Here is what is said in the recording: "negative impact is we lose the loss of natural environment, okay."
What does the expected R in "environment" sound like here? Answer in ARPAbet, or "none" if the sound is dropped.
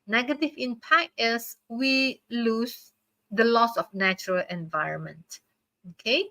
R